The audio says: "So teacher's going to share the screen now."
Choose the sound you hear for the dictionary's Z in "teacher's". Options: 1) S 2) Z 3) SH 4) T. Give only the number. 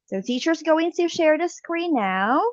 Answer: 2